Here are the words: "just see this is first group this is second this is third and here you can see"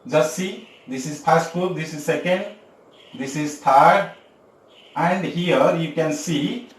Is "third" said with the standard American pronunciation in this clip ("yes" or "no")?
no